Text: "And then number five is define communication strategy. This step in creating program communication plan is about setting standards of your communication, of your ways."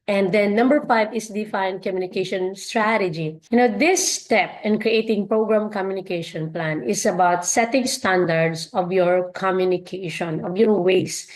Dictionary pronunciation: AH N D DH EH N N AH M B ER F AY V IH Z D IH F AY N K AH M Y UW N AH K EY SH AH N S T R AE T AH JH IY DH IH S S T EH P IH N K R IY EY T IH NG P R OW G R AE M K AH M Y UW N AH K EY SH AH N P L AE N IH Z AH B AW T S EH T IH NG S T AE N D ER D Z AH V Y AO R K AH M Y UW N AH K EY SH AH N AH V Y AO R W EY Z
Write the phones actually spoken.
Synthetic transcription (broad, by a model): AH N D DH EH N N AH M B ER F AY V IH S D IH F AY N K AH M Y UW N AH K EY SH AH N S T R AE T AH JH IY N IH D S T EH P IH N K R IY EY T IH NG P R OW G R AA M K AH M Y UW N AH K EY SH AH N P L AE N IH S AH B AW T S EH T IH NG S T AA N D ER D S AH V Y AO R K AH M Y UW N AH K EY SH AH N AH V Y AO R W EY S